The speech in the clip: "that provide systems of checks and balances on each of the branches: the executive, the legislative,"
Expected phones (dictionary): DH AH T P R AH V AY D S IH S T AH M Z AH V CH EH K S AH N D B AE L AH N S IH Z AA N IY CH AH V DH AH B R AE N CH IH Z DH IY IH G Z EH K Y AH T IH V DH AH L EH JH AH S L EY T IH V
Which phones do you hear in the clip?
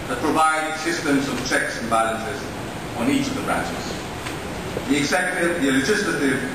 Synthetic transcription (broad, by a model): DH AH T P R AH V AY D S IH S T AH M Z AH V CH EH K S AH N B AE L AH N S IH Z N IY CH AH V DH AH B R AE N CH IH Z DH IY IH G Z EH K Y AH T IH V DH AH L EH JH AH S L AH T IH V